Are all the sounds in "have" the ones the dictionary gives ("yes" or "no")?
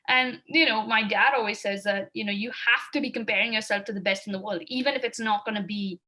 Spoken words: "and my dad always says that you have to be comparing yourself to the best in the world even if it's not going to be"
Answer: no